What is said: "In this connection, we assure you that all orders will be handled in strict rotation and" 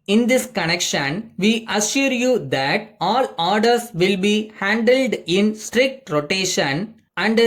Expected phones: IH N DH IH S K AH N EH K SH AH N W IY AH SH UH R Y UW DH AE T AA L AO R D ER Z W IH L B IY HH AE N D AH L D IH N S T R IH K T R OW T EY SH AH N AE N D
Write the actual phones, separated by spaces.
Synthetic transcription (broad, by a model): IH N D IH S K AH N EH K SH AH N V IY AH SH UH R Y UW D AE T AA L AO R D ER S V IH L B IY HH AE N D AH L D IH N S T R IH K T R OW T EY SH AH N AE N D